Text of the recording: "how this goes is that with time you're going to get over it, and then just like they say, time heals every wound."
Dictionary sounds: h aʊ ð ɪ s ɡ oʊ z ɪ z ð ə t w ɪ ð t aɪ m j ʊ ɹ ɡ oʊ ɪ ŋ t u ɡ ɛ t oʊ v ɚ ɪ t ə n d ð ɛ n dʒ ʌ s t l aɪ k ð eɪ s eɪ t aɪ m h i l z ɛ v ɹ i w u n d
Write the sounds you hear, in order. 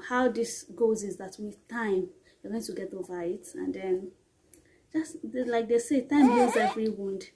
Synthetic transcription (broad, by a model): h aʊ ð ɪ s ɡ oʊ z ɪ z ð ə t w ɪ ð t aɪ m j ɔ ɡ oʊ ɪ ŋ t u ɡ ɛ t oʊ v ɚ ɪ t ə n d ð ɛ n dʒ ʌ s t l aɪ k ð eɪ s eɪ t aɪ m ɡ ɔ z ɛ v ɹ i w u n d